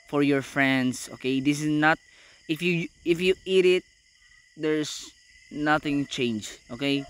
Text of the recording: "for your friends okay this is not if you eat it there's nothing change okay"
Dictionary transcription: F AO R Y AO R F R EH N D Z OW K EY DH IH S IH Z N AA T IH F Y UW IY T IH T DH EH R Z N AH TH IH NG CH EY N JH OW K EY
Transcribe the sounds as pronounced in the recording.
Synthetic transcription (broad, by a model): F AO R Y AO R F R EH N D S OW K EY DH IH S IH S N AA T IH F Y UW IY T IH T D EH R S N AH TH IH NG CH EY N JH OW K EY